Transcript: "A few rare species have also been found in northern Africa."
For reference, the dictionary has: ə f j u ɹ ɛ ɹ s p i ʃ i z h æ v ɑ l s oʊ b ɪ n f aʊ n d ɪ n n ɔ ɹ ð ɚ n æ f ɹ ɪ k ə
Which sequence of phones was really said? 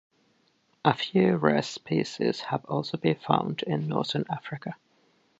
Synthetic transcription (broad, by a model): ə f j u ɹ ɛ s p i s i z h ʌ v ɑ l s oʊ b ɪ n f aʊ n d ɪ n n ɔ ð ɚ n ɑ f ɹ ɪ k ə